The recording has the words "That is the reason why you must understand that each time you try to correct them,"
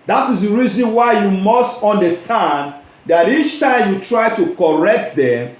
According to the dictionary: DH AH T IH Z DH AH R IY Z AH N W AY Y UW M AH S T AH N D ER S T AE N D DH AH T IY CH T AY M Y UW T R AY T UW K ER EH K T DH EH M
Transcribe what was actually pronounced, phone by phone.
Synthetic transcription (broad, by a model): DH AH T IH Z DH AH R IY Z AH N W AY Y UW M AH S T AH N D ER S T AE N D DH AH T IY CH T AY M Y UW T R AY T UW K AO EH K T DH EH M